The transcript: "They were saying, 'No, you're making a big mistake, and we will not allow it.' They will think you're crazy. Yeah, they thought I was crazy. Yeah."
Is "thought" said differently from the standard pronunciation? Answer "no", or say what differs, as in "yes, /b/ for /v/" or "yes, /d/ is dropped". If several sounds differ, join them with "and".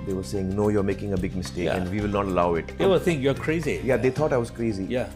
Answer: yes, /t/ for /θ/